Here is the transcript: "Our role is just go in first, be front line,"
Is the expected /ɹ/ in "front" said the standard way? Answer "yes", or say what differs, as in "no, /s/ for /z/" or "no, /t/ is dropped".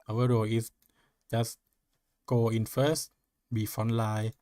no, /ɹ/ is dropped